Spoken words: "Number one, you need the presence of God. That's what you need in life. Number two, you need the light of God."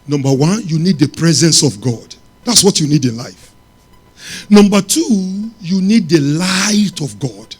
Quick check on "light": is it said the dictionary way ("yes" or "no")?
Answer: yes